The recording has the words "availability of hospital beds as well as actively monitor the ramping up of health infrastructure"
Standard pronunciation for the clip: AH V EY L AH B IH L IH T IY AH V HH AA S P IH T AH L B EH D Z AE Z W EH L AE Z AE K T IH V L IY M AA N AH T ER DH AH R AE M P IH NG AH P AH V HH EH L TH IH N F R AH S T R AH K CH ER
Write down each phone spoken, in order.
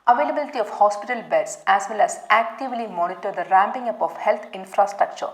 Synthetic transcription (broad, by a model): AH V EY L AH B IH L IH T IY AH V HH AA S P IH T AH L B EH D S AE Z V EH L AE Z AE K T IH V L IY M AA N AH T ER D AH R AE M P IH NG AH P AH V HH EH L T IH N F R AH S T R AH K CH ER